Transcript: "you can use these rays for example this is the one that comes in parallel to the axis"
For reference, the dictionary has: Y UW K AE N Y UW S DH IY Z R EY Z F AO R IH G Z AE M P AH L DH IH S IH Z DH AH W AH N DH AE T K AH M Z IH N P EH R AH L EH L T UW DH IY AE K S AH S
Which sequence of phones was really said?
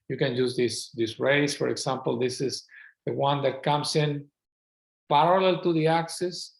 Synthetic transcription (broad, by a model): Y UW K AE N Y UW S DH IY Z R EY S F AO R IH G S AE M P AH L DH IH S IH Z DH AH W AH N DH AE T K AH M S IH N P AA R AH L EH L T UW DH IY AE K S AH S